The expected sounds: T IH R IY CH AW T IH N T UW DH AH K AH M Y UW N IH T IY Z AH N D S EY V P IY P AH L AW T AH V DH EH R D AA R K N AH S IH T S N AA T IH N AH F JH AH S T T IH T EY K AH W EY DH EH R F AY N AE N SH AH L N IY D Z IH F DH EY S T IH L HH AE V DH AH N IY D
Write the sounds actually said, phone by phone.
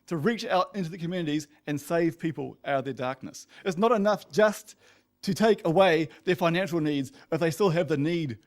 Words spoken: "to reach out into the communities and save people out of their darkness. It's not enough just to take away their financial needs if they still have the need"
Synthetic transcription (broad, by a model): T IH R IY CH AW T IH N T UW DH AH K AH M Y UW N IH T IY Z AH N S EY V P IY P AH L AW T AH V DH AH R D AA R K N AH S IH T S N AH T IH N AH F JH AH S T T IH T EY K AH W EY DH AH R F AY N AE N SH L N IY D Z IH F DH EY S T IH L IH V DH AH N IY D